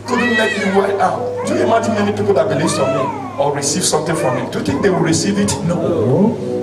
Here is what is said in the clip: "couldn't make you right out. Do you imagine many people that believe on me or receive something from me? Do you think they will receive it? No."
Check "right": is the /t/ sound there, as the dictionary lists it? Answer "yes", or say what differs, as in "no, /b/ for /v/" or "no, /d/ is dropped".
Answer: no, /t/ is dropped